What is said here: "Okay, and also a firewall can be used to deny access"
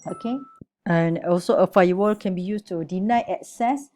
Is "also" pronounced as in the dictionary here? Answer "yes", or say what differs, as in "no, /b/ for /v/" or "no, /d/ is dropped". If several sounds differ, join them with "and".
yes